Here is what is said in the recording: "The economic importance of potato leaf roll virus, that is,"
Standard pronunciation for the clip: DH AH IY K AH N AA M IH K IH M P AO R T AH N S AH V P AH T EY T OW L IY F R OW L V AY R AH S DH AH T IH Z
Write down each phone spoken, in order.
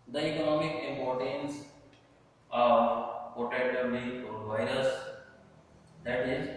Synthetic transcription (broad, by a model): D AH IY K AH N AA M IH K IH M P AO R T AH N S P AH T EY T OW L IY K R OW N V AY R AH S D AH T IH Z